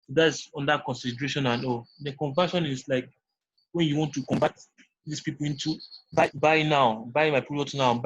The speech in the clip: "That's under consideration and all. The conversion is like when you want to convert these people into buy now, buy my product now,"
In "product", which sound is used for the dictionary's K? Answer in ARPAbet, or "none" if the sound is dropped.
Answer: none